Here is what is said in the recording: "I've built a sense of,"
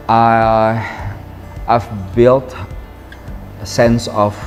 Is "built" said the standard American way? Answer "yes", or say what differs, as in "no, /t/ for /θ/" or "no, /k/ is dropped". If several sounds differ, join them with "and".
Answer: yes